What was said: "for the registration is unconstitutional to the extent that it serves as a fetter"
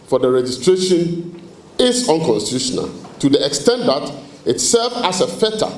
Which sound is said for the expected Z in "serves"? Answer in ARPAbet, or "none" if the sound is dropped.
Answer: none